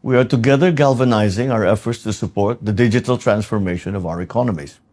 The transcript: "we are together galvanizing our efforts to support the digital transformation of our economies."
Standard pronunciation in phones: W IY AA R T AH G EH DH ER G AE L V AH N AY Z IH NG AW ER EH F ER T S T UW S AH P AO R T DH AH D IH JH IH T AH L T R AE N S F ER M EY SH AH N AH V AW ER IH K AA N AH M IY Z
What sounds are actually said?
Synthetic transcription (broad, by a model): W IY AA R T AH G EH DH ER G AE L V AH N AY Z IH NG AW ER EH F ER T S T UW S AH P AO R T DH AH D IH JH IH T AH L T R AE N S F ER M EY SH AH N AH V AW ER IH K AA N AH M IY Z